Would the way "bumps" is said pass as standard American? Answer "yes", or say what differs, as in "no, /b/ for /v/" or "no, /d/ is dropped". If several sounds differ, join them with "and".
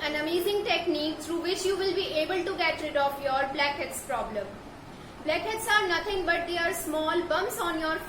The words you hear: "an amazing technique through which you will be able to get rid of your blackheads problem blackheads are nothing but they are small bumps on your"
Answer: no, /p/ is dropped